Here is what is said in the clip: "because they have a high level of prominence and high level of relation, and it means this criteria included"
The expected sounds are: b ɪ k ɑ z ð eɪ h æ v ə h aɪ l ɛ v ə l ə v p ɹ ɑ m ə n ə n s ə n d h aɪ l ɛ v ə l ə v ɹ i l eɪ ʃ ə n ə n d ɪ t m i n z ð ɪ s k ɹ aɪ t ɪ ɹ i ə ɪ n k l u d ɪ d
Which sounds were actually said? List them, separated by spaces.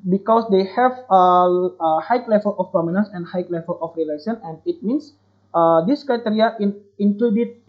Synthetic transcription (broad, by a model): b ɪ k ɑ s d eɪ h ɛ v ə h aɪ l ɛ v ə l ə f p ɑ m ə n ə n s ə n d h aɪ l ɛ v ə l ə f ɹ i l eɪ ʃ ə n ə n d ɪ t m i n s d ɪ s k ɹ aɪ t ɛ ɹ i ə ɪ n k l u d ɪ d